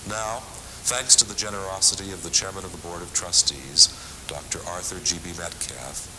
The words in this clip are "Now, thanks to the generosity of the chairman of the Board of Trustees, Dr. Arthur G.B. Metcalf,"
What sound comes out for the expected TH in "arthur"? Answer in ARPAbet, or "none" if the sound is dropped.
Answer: TH